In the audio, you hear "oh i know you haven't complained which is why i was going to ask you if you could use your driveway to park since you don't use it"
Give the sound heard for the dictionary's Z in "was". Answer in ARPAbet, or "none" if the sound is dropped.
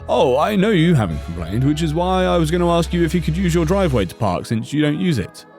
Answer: Z